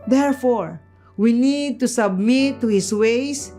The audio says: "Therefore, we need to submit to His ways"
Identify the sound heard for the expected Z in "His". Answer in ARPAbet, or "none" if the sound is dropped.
S